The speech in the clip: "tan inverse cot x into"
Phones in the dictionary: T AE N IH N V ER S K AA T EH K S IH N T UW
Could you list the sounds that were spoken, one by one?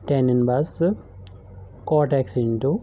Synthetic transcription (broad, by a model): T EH N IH N B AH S K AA T EH K S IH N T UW